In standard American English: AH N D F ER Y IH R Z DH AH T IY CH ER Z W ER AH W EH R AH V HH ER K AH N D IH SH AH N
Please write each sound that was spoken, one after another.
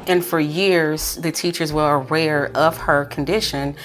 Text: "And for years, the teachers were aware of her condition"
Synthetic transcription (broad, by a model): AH N F ER Y IH R Z DH AH T IY CH ER Z W ER AH W EH R AH V HH ER K N D IH SH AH N